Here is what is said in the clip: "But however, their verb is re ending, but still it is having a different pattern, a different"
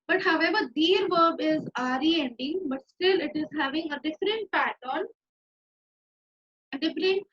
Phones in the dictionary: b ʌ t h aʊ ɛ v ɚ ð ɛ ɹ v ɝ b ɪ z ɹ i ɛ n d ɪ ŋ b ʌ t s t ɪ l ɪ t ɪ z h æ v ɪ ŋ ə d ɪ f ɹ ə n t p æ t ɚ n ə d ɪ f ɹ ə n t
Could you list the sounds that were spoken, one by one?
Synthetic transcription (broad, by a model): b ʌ t h aʊ ɛ v ɚ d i ɹ v ɝ b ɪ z ɹ i ɛ n d ɪ ŋ b ʌ t s t ɪ l ɪ t ɪ z h æ v ɪ ŋ ə d ɪ f ɹ ə n t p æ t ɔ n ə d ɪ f ɹ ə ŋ